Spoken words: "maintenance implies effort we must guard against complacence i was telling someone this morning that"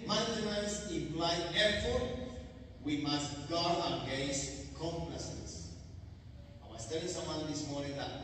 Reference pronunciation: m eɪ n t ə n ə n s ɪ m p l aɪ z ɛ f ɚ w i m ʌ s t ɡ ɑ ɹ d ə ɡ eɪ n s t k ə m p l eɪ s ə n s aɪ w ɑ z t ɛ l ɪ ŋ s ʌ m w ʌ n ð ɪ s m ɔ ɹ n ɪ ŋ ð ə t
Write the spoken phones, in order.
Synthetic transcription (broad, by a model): m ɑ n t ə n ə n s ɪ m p l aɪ ɛ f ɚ w i m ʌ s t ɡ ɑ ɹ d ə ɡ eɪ s k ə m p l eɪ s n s aɪ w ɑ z t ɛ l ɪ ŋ s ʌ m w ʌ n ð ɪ s m ɔ ɹ n ɪ ŋ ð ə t